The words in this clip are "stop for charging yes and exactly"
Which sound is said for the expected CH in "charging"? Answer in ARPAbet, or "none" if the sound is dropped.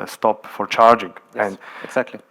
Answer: CH